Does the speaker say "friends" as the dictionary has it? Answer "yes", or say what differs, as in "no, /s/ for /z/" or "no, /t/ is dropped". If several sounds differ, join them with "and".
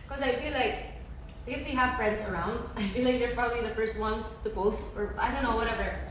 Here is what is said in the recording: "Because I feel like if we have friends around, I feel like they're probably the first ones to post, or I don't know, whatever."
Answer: yes